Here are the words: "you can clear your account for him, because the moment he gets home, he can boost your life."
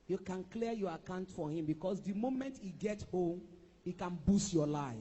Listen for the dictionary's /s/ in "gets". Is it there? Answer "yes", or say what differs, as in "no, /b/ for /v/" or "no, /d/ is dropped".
no, /s/ is dropped